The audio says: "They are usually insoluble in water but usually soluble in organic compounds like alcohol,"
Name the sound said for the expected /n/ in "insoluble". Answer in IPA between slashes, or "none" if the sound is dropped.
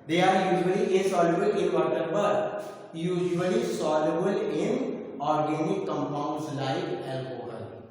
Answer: none